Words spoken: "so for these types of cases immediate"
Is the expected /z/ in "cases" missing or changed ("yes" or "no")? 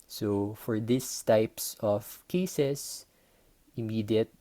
yes